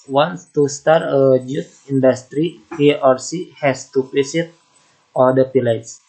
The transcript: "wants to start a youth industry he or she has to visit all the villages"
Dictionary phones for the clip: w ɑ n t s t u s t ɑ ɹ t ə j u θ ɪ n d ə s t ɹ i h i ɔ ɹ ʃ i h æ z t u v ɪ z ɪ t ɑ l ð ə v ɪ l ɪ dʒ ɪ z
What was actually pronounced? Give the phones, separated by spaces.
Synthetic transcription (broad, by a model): w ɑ n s t u s t ɑ ɹ t ə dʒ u t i n d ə s t ɹ i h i ɔ ɹ s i h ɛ s t u p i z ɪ t ɑ l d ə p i l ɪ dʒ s